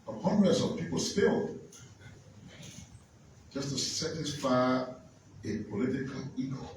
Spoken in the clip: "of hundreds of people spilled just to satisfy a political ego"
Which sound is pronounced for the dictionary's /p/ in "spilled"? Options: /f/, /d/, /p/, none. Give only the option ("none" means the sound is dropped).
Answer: /f/